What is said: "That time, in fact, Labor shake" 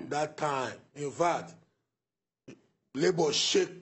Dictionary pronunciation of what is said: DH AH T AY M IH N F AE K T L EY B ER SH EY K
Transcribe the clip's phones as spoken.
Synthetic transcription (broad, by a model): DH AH T AY M IH N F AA T L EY B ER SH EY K